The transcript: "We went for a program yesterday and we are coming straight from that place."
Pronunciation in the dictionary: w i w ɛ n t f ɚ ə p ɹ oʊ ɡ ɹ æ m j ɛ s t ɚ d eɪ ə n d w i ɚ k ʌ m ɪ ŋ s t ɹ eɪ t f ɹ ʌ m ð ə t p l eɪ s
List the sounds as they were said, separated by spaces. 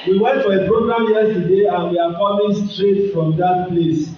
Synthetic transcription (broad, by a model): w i w ɛ n t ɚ ə b ɹ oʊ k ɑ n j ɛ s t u d eɪ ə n w i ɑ k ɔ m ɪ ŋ s t ɹ eɪ t f ɹ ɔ m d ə t p l eɪ s